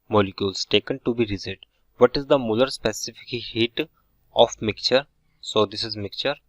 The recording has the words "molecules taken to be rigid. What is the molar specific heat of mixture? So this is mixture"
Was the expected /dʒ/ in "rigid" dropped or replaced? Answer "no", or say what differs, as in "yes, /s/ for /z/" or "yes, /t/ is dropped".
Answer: yes, /z/ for /dʒ/